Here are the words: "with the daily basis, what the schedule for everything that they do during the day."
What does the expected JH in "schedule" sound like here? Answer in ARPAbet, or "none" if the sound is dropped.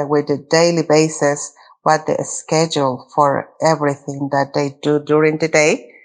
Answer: JH